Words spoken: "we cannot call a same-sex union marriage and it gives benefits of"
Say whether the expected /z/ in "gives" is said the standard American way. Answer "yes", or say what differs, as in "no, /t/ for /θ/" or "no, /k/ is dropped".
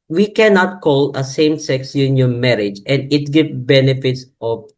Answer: no, /z/ is dropped